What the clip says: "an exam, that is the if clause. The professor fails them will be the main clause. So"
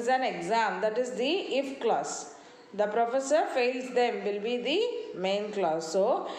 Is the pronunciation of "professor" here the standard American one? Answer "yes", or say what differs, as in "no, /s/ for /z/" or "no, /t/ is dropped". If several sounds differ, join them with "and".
yes